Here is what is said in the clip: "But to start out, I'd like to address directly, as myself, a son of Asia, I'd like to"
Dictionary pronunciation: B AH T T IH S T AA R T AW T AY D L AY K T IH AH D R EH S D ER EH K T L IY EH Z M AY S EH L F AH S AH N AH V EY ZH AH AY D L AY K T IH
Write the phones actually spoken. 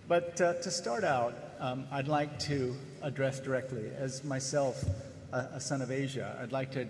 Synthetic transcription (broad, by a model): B AH T T IH S T AA R T AW T AY D L AY K T IH AH D R EH S D ER EH K T L IY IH Z M AY S EH L F AH S AH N AH V EY ZH AH AY D L AY K T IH